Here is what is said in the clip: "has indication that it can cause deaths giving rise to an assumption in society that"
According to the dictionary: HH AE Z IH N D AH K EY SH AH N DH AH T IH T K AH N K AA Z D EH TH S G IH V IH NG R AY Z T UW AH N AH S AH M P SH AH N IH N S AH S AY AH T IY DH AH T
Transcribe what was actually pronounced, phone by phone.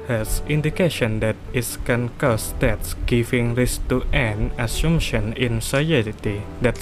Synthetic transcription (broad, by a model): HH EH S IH N D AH K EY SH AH N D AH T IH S K AH N K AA S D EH T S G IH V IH NG R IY S T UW AH N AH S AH M SH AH N IH N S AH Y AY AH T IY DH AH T